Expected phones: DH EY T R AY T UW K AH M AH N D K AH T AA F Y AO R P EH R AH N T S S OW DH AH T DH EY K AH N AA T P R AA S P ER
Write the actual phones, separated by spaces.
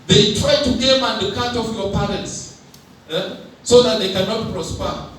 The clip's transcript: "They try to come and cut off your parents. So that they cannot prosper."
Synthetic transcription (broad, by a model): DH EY T R AY T UW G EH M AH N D K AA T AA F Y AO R P EH R AH N T S S OW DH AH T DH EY K AH N AA T P R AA S P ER